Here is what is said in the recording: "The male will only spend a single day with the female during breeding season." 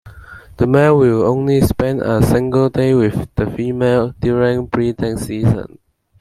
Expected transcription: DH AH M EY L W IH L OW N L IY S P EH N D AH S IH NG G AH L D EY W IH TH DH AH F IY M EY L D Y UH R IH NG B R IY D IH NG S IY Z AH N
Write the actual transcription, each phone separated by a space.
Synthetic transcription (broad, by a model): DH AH M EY N W IH L OW N L IY S P EH N D AH S IH NG G AH L D EY W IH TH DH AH F IY M EY L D Y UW R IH NG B R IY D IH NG S IY Z AH N